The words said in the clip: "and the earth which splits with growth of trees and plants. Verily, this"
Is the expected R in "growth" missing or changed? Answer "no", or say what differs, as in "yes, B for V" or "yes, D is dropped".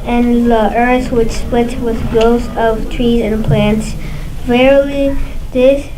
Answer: yes, R is dropped